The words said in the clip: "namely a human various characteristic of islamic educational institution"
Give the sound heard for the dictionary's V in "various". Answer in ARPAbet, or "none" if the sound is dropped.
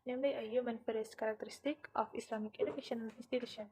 F